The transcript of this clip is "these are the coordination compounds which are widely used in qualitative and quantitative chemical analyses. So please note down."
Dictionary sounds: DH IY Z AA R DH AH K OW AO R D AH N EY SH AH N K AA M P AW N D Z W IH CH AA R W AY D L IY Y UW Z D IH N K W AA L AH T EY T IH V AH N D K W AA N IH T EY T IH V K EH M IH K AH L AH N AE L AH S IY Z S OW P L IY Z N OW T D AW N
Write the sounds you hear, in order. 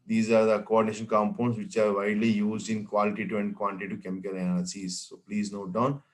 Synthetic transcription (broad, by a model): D IY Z AA R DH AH K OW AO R D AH N EY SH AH N K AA M P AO N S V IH CH AA R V AY D L IY Y UW Z D IH N K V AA L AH T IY T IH AH N D K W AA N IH T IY T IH K EH M IH K AH L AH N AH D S IY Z S OW P L IY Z N OW T D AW N